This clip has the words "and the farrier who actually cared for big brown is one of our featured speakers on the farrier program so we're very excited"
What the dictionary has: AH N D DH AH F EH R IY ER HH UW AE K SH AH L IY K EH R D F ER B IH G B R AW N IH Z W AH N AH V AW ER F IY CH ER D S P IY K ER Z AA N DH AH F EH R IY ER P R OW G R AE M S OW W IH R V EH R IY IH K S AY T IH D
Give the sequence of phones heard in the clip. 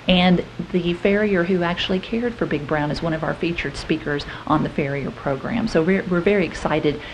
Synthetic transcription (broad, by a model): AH N DH AH F EH R IY ER HH UW AE K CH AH L IY K EH R D F ER B IH G B R AW N IH Z W AH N AH V AW ER F IY CH ER D S P IY K ER Z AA N DH AH F EH R IY ER P R OW G R AE M S OW W IH R V EH R IY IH K S AY T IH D